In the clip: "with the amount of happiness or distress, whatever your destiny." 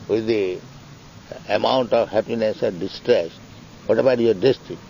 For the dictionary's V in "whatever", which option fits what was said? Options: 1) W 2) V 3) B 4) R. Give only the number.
3